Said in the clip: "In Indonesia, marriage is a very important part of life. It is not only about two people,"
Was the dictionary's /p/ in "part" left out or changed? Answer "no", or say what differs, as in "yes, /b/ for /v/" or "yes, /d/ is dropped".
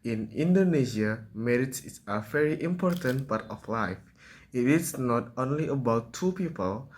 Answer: yes, /b/ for /p/